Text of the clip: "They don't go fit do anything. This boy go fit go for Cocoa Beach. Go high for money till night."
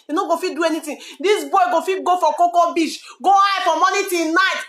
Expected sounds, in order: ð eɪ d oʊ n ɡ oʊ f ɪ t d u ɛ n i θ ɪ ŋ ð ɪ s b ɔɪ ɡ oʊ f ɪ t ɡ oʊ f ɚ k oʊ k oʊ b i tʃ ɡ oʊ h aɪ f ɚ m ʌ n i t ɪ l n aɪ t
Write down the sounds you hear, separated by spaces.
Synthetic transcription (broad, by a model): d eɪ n oʊ ɡ oʊ f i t d u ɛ n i t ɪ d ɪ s b ɔɪ ɡ oʊ f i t ɡ oʊ f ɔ k oʊ k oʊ b i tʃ ɡ oʊ h aɪ f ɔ m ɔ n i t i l n aɪ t